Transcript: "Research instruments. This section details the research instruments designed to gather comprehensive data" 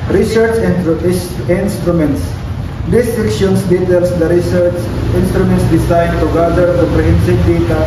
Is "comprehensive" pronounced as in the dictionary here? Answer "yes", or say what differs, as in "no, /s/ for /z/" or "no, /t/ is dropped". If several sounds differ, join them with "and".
no, /m/ is dropped